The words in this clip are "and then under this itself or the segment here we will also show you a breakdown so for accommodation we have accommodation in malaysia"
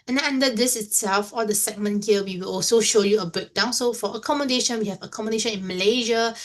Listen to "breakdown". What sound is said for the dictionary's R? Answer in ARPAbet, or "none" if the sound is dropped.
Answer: none